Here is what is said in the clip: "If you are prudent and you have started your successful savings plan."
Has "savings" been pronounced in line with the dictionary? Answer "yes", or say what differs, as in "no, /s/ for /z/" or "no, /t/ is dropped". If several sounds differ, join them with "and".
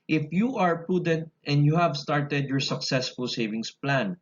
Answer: no, /s/ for /z/